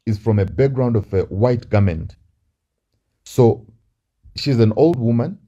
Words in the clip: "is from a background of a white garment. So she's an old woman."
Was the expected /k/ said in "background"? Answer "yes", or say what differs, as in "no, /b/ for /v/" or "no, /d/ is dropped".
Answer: yes